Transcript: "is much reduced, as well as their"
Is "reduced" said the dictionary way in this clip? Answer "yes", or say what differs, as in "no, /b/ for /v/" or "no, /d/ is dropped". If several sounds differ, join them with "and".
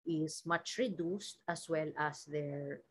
yes